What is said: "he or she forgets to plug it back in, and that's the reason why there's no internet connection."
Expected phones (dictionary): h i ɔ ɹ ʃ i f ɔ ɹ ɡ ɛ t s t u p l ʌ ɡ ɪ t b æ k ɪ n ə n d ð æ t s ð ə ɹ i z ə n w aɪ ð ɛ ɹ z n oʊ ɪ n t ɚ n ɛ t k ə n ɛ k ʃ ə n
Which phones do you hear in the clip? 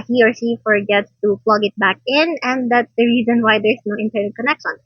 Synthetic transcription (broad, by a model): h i ɔ ɹ s i f ɔ ɹ ɡ ɛ t s t u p l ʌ ɡ ɪ t b æ k ɪ n ə n d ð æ t s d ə ɹ i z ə n w aɪ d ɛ ɹ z n oʊ ɪ n t ɚ n ɛ t k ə n ɛ k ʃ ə n